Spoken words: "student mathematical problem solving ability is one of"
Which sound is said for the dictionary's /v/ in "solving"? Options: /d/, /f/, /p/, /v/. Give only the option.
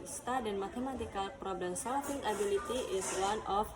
/f/